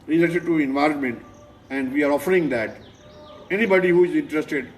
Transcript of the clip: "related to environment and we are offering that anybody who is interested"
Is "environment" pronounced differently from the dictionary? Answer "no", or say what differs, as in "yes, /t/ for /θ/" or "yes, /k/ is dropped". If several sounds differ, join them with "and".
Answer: no